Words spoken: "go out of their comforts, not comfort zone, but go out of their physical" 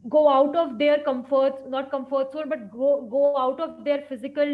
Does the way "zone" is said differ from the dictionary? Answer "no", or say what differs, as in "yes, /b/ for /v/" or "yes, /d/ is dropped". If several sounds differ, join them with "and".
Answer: yes, /s/ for /z/ and /l/ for /n/